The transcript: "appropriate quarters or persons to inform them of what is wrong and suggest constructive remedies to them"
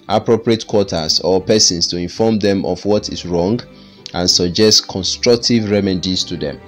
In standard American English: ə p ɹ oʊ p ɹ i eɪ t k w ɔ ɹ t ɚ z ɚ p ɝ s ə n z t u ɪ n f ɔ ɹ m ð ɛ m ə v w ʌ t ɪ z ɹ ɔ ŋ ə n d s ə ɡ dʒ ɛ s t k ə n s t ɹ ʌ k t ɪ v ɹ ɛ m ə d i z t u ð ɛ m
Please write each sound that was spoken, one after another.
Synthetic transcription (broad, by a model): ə p ɹ oʊ p ɹ i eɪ t k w ɔ t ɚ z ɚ p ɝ s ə n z t u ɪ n f ɔ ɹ m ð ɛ m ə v w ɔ t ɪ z ɹ ɔ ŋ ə n s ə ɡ dʒ ɛ s t k ə n s t ɹ ʌ k t ɪ v ɹ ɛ m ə d i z t u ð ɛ m